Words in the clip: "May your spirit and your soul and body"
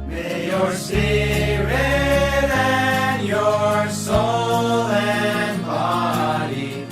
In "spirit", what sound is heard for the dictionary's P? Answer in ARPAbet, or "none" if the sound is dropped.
none